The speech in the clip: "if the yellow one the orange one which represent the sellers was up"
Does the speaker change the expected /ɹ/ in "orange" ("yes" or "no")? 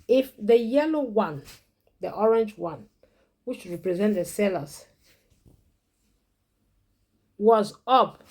no